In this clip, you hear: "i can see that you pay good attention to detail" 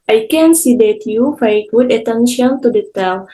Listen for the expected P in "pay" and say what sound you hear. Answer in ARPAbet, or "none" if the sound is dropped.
F